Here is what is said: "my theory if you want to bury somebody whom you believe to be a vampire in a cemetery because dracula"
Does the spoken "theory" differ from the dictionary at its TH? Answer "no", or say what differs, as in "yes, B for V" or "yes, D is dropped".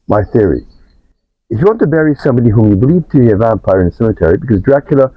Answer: no